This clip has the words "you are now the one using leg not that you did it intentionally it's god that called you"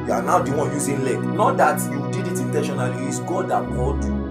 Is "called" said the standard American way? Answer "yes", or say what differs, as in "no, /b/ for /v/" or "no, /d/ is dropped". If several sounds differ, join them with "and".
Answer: no, /l/ is dropped